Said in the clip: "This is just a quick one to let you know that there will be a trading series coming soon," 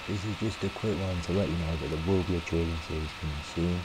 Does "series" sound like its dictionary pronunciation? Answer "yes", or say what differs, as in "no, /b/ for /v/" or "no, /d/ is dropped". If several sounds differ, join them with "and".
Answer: no, /ɹ/ is dropped